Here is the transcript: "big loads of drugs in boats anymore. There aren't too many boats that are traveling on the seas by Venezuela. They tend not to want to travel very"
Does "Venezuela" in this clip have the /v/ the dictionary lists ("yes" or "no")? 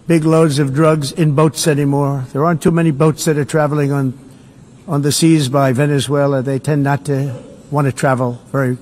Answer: yes